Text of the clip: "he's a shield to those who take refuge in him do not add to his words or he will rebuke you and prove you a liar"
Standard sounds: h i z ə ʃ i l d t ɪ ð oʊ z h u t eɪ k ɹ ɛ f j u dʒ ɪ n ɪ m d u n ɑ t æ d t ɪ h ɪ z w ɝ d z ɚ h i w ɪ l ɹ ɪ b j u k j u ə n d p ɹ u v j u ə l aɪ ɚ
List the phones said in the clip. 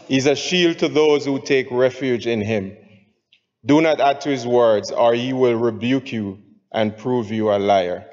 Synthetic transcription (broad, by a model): h i z ə ʃ i l d t ɪ ð oʊ z h u t eɪ k ɹ ɛ f j u dʒ ɪ n ɪ m d u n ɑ t æ d t ɪ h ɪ z w ɝ d z ɚ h i w ɪ l ɹ ɪ b j u k j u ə n p ɹ u v j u ə l aɪ ɚ